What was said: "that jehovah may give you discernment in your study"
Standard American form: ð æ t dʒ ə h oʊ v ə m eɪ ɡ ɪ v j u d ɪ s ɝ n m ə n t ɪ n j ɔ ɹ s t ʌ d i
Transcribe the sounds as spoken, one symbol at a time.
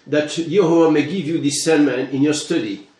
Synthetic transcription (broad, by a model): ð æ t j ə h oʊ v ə m eɪ ɡ ɪ v j u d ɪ s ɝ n m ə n ɪ n j ɔ ɹ s t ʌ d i